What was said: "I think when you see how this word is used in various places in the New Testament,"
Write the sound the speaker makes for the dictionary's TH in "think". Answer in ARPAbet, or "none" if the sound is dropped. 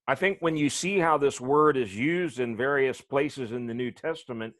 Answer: TH